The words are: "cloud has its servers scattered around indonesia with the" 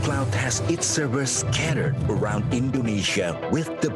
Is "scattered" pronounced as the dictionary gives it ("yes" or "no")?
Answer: yes